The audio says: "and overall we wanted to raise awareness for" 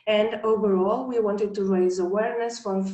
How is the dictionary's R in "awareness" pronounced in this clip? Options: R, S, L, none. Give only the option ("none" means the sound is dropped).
R